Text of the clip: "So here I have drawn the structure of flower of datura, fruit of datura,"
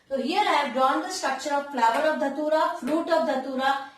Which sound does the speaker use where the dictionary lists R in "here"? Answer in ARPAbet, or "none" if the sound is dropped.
L